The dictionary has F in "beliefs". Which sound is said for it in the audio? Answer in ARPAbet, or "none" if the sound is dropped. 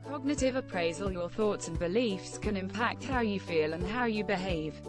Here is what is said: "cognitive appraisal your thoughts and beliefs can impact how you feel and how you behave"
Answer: F